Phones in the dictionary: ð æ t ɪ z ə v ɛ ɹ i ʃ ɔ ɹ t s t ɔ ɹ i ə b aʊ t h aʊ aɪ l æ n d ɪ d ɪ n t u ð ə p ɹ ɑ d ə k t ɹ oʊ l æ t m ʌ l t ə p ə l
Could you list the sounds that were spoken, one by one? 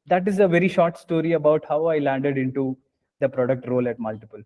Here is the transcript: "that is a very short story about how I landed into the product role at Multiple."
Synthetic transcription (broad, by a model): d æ t ɪ z ə v ɛ ɹ i ʃ ɔ ɹ t s t ɔ ɹ i ə b aʊ t h aʊ aɪ l æ n d ɪ d ɪ n t u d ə p ɹ ɑ d ə k t ɹ oʊ l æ t m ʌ l t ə p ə l